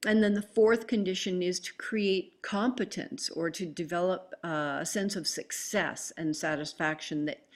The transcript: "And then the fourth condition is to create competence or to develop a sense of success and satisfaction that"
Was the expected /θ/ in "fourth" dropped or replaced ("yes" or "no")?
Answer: no